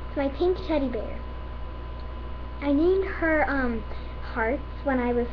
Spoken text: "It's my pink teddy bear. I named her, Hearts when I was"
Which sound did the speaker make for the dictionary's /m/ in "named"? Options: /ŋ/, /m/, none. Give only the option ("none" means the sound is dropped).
none